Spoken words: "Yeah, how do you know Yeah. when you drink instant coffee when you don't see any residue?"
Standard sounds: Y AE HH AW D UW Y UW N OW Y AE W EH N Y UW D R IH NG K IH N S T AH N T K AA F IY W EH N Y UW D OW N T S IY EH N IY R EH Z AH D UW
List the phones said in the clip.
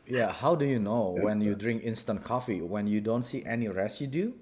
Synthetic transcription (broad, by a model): Y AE HH AW D UW Y UW N OW W EH N Y UW D R IH NG K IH N S T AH N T K AA F IY W EH N Y UW D OW N T S IY EH N IY R EH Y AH D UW